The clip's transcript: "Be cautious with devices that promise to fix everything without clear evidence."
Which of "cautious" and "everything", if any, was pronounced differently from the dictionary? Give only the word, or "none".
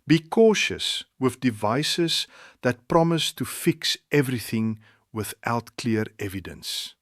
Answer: none